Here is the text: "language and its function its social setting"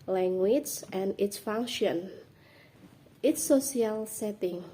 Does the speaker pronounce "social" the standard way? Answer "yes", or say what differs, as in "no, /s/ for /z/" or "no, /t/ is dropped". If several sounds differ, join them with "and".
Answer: no, /ʃ/ is dropped